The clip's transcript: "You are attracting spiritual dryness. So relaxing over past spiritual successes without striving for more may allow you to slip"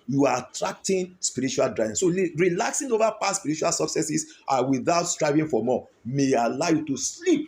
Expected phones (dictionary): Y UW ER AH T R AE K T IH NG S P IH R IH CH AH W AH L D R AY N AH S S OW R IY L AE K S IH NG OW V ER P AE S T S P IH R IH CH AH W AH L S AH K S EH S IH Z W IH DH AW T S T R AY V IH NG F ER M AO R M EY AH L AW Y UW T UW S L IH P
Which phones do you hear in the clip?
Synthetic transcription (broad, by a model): Y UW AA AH T R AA K T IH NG S P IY R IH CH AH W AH L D R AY AH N S OW R IY L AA K S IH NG OW V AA P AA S S P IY R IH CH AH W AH L S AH K S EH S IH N W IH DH AW T S T R AY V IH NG F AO M AO M EY AH L AW Y UW T UW S L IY P